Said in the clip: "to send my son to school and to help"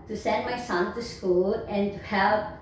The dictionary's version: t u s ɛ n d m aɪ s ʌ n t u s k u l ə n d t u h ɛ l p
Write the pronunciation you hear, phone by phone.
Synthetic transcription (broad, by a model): t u s ɛ n d m aɪ s ʌ n t u s k u l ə n t u h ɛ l